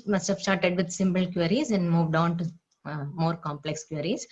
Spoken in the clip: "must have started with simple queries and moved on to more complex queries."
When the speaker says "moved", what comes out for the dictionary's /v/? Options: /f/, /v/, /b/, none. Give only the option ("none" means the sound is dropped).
/v/